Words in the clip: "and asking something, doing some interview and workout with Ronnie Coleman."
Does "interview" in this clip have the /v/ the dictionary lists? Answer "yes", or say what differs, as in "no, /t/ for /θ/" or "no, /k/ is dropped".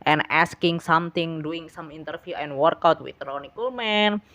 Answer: no, /f/ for /v/